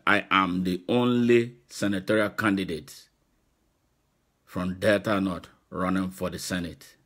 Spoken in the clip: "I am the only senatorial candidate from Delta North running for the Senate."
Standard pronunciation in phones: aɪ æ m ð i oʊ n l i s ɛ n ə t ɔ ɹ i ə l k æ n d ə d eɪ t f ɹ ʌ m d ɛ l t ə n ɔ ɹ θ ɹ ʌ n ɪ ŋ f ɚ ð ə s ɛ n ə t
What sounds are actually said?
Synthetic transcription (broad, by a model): aɪ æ m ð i oʊ n l i s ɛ n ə t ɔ ɹ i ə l k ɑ n d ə d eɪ t f ɹ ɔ m d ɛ t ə n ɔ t ɹ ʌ n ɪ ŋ f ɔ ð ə s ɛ n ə t